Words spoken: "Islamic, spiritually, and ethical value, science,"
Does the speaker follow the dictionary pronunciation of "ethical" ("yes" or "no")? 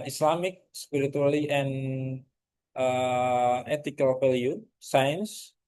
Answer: no